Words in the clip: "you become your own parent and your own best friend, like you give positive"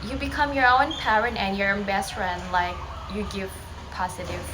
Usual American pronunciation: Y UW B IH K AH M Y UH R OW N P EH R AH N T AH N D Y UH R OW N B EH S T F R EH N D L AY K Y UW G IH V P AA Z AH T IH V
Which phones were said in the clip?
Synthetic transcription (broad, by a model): Y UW B IH K AH M Y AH R OW N P EH R AH N T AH N Y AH R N B EH S T F R EH N D L AY K Y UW G IH V P AA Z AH T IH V